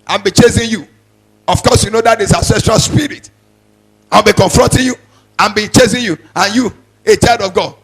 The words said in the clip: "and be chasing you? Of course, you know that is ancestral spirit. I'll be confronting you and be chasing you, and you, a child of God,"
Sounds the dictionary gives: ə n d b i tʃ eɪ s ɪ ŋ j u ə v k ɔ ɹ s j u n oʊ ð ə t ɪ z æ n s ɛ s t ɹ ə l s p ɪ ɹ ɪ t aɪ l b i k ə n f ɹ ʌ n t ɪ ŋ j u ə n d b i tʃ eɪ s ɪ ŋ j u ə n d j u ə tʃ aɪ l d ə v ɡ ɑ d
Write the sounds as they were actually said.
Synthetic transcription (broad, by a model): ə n b i tʃ eɪ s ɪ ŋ j u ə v k ɔ s j u n oʊ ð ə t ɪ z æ s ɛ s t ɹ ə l s p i ɹ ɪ t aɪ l b i k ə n f ɹ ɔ n t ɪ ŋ j u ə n b i tʃ eɪ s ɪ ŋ j u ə n j u ə tʃ aɪ l d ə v ɡ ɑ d